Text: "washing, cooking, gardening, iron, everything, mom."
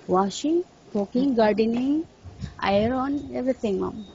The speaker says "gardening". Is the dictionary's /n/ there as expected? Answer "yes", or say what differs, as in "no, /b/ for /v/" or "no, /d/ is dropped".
yes